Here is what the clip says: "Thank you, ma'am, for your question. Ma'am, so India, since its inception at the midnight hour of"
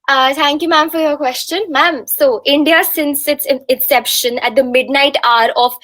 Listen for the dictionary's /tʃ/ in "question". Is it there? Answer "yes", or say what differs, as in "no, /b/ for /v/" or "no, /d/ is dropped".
yes